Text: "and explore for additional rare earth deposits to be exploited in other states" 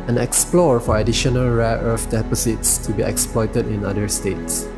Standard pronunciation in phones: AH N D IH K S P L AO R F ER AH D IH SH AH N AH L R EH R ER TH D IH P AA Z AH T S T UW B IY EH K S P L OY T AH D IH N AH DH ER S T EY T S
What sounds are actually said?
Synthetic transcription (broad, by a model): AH N IH K S P L AO R F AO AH D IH SH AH N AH L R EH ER F D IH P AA S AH T S T UW B IY EH K S P L OY T AH D IH N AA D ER S T EY T S